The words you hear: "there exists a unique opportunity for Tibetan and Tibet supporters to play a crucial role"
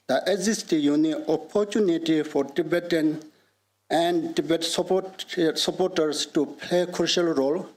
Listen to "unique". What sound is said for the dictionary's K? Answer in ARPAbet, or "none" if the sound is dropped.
none